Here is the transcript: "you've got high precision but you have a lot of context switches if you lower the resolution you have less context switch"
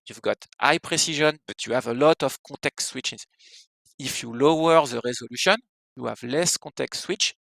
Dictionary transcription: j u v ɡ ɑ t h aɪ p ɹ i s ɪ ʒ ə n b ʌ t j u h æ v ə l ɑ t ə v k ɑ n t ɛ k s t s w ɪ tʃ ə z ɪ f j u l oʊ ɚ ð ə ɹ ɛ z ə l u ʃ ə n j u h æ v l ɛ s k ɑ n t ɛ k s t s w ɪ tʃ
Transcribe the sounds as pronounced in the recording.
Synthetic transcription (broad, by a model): j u v ɡ ɑ t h aɪ p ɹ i s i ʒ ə n b ʌ t j u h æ v ə l ɑ t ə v k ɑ t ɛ k t s w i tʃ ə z ɪ f j u l oʊ ɚ ð ə ɹ ɛ z ə l u ʃ ə n j u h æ v l ɛ s k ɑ t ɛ k t s w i tʃ